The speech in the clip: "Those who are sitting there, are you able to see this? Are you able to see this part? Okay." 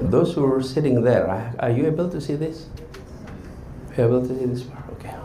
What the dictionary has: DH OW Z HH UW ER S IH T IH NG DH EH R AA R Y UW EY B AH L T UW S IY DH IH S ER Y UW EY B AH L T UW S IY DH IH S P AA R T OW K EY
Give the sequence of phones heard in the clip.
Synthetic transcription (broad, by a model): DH OW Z HH UW ER S IH T IH NG DH EH R AA R Y UW EY B AH L T UW S IY DH IH S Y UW EY B AH L T UW S IY DH IH S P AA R OW K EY